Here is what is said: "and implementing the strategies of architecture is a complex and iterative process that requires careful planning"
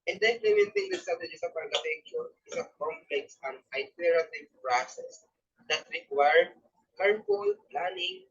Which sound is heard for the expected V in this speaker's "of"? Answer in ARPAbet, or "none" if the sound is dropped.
P